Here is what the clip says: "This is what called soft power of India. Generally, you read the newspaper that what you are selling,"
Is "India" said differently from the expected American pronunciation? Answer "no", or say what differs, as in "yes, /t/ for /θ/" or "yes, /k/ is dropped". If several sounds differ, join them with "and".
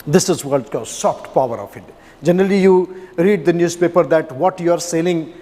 yes, /n/ is dropped